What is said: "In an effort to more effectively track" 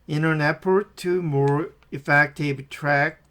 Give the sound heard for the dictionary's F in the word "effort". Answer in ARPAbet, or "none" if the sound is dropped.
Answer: P